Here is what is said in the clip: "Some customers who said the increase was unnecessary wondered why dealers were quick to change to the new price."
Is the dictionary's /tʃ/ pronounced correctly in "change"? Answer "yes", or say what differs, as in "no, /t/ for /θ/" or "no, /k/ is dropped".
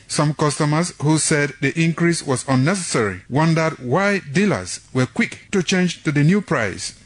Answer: yes